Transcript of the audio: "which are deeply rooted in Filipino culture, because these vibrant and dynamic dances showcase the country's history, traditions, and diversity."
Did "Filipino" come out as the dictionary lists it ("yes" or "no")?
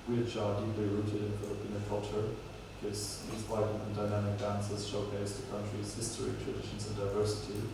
no